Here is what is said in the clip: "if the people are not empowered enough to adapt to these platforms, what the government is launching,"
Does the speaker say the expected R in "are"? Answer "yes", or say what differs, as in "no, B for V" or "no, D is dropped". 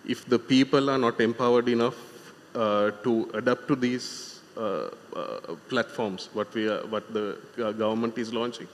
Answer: yes